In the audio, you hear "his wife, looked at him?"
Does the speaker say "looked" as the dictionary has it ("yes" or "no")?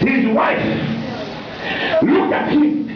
no